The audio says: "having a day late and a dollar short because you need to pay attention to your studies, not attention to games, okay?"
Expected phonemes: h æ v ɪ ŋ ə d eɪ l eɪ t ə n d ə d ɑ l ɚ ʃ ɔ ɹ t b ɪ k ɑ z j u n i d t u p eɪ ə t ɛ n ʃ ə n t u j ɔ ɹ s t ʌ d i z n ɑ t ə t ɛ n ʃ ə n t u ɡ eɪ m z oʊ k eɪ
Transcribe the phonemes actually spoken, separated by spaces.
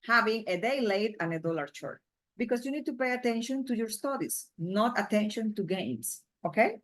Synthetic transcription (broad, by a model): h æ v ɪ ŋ ə d eɪ l eɪ t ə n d ə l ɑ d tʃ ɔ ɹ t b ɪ k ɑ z j u n i d t u p eɪ ə t ɛ n ʃ ə n t u j ɔ ɹ s t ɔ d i s n ɑ t ə t ɛ n ʃ ə n t u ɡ eɪ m s oʊ k eɪ